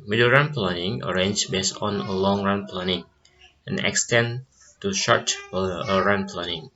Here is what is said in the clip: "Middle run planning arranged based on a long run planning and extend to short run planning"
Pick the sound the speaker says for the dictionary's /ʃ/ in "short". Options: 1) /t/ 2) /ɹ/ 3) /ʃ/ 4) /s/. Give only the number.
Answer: 3